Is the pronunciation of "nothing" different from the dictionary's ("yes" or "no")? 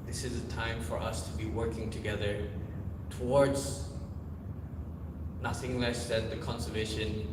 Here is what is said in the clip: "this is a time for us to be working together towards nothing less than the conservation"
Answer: no